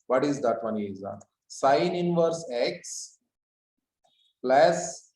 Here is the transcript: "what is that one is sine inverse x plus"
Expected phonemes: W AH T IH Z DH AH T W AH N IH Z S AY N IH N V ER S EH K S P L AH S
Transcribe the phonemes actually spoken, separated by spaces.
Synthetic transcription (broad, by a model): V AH T IH Z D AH T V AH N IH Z S AY N IH N V ER S EH K S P L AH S